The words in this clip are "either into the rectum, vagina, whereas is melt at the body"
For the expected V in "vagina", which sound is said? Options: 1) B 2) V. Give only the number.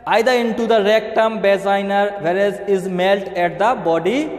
1